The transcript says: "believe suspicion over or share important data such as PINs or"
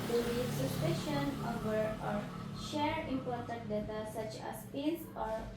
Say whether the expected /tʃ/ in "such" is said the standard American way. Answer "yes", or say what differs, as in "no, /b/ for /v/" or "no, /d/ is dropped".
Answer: yes